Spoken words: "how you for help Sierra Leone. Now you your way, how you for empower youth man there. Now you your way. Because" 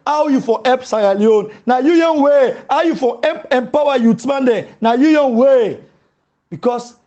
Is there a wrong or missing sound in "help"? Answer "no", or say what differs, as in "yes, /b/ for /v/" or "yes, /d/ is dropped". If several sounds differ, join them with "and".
yes, /l/ is dropped